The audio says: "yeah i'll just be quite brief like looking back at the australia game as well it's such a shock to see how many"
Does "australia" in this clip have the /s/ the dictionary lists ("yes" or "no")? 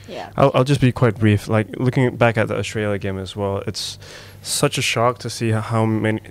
no